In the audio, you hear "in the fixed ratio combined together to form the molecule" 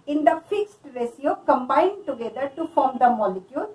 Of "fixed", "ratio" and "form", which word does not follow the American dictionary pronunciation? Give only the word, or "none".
ratio